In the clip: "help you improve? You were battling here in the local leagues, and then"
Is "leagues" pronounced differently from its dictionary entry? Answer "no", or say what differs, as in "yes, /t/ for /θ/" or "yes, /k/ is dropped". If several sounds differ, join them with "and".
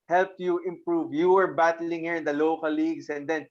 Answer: yes, /s/ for /z/